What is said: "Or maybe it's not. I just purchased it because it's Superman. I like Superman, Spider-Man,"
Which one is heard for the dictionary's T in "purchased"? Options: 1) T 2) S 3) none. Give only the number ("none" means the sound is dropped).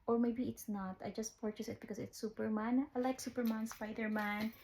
3